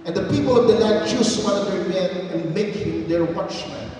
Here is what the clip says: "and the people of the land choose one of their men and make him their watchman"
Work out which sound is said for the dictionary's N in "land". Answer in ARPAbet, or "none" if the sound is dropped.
none